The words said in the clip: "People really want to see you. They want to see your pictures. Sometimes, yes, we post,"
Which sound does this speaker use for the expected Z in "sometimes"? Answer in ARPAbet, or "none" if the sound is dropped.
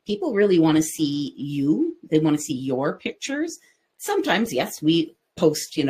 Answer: Z